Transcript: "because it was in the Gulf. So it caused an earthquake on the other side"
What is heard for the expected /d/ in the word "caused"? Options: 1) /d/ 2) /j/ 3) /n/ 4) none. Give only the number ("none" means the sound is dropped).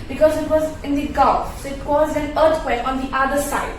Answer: 4